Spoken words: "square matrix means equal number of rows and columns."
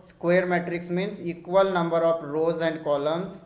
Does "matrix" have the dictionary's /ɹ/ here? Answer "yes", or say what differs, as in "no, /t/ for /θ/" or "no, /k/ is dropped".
yes